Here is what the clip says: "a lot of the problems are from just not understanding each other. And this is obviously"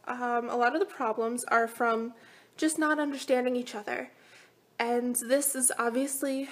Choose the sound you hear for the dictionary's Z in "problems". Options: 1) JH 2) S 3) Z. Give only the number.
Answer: 3